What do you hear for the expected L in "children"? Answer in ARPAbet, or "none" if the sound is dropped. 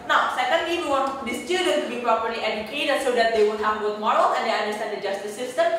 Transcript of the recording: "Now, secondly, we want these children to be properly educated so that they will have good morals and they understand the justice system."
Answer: none